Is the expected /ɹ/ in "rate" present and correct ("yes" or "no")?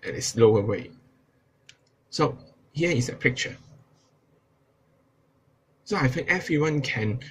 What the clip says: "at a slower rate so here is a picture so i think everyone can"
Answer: no